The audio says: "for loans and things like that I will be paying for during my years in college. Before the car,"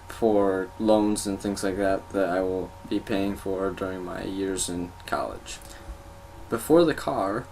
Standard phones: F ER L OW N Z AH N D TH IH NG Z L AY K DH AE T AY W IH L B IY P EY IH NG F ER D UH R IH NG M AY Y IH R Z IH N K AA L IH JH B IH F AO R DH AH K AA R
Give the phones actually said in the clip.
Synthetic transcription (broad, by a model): F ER L OW N Z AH N TH IH NG Z L AY K DH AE T AY W IH L B IY P EY IH NG F ER D UH R IH NG M AY Y IH R Z IH N K AA L IH JH B IH F AO R DH AH K AA R